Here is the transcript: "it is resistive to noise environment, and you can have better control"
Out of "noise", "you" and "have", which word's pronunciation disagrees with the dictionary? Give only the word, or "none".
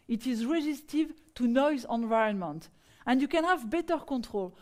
none